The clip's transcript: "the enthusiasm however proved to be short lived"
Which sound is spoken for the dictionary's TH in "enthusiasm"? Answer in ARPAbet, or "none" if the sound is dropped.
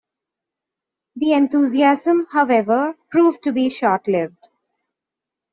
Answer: T